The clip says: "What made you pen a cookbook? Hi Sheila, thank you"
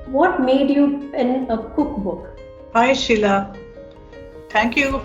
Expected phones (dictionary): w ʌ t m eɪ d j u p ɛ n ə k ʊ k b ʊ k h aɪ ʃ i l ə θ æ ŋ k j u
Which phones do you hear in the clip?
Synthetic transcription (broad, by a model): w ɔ t m eɪ d j u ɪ n ə k ʊ k b ʊ k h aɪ ʃ i l ə t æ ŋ k j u